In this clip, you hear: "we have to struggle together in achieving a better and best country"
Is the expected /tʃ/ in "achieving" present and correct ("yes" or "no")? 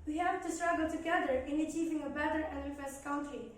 yes